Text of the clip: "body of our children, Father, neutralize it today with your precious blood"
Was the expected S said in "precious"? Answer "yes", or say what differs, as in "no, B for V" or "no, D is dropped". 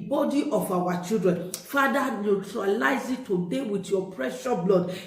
no, S is dropped